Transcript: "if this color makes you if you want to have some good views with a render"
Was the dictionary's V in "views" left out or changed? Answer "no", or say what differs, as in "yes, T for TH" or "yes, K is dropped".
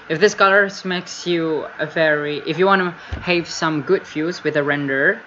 yes, F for V